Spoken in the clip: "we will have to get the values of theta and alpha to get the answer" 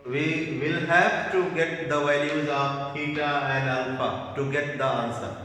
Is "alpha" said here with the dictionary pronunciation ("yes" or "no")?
no